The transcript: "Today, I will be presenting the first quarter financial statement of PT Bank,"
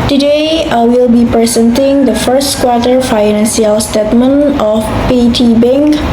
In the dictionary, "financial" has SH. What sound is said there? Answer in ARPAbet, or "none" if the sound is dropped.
S